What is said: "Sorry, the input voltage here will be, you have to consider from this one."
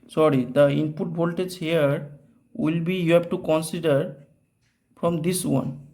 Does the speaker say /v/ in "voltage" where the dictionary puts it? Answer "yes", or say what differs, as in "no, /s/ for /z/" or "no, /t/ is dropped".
no, /b/ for /v/